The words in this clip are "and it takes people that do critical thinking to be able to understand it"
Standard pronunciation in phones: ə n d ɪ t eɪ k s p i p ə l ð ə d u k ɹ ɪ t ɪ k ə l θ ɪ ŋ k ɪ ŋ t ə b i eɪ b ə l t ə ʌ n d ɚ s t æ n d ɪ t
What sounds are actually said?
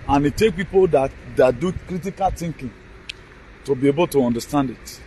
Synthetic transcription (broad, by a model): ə n ɪ t eɪ k p i p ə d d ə d u k ɹ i t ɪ k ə l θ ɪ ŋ k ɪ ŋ t ə b i eɪ b ə l t ə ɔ n d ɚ s t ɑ n d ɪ t